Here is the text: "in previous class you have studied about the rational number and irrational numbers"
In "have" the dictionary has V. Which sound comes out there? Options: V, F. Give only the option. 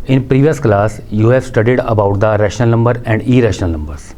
F